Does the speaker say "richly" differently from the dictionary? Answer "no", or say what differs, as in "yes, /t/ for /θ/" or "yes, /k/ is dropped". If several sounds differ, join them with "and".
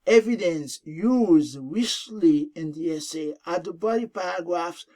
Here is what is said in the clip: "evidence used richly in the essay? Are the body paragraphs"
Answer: yes, /w/ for /ɹ/ and /s/ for /tʃ/